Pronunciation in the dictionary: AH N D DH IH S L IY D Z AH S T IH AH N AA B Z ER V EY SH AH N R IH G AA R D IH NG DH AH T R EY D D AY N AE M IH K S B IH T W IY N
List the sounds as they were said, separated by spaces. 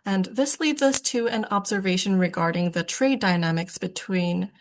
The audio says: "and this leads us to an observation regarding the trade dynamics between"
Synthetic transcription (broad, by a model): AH N DH IH S L IY D Z AH S T IH AH N AA B Z ER V EY SH AH N R IH G AA R D IH NG DH AH T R EY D D AY N AE M IH K S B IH T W IY N